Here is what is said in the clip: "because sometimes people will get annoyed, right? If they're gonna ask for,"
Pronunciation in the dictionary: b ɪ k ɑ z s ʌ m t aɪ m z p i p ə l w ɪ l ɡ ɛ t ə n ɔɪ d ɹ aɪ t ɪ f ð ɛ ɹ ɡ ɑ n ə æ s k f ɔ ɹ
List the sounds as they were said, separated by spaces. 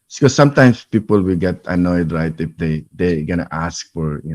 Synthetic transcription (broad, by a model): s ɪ k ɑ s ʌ m t aɪ m s p i p ə l w ɪ l ɡ ɛ t ə n ɔɪ d ɹ aɪ t ɪ f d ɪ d ɡ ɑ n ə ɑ s k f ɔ ɹ